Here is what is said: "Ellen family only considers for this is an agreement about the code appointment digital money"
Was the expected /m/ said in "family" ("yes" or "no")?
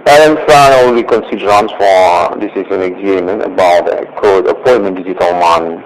no